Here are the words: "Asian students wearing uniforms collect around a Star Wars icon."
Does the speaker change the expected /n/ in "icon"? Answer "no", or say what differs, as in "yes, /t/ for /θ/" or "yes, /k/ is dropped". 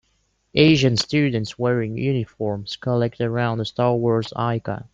yes, /n/ is dropped